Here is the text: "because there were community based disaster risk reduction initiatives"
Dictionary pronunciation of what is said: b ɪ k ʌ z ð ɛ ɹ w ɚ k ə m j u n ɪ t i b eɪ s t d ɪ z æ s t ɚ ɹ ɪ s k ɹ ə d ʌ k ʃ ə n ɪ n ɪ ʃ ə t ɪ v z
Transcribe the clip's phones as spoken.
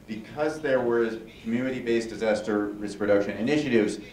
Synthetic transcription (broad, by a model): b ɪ k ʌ z ð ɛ ɹ w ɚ k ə m j u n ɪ t i b eɪ s d ɪ z æ s t ɚ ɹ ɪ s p ɹ ə d ʌ k ʃ ə n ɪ n ɪ ʃ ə t ɪ v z